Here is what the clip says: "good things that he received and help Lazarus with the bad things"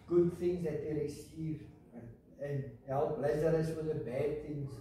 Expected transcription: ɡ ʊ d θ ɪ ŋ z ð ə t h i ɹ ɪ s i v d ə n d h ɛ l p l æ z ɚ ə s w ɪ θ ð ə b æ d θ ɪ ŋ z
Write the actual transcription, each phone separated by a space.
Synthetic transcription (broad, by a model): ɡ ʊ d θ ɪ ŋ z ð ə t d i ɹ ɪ s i d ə n h ɛ l p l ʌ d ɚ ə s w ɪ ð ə b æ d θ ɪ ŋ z